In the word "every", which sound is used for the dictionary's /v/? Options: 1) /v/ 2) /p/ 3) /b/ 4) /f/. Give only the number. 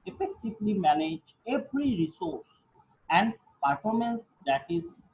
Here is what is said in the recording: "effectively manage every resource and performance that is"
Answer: 2